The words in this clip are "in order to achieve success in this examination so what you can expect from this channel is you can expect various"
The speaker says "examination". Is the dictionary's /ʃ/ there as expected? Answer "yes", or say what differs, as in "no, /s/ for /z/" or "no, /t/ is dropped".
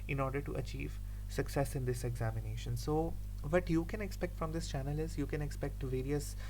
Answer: yes